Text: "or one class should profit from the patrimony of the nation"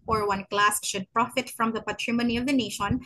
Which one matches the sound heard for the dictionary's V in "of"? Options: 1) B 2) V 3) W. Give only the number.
2